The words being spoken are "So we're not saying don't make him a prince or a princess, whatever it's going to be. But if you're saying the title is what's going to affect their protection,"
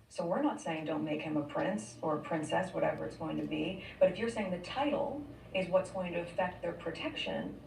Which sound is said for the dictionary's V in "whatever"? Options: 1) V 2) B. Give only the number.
1